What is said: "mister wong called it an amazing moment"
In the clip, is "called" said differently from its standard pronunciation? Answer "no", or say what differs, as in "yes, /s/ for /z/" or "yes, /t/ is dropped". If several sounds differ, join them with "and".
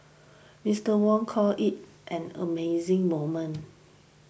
yes, /d/ is dropped